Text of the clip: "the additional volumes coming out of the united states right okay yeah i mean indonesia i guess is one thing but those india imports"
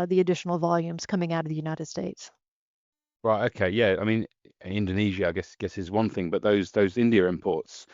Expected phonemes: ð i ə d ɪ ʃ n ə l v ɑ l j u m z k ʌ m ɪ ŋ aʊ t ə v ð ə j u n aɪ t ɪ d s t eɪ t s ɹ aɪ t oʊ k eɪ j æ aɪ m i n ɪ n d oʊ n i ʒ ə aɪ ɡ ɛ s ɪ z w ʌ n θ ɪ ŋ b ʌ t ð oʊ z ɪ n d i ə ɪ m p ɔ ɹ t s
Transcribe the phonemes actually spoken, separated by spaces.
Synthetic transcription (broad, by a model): ð i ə d ɪ ʃ n l v ɑ l j u m z k ʌ m ɪ ŋ aʊ t ə v ð ə j u n aɪ t ɪ d s t eɪ t s ɹ aɪ t oʊ k eɪ j æ aɪ m i n ɪ n d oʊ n i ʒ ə aɪ ɡ ɛ s ɪ z w ʌ n θ ɪ ŋ b ʌ t ð oʊ z ɪ n d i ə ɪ m p ɔ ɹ t s